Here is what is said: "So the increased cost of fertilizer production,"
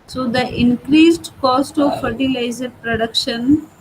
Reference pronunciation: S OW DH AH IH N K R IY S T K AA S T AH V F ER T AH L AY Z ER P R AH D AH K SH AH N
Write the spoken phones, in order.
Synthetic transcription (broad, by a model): S OW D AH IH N K R IY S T K AA S T AH V F ER T AH L AY Z ER P R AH D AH K SH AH N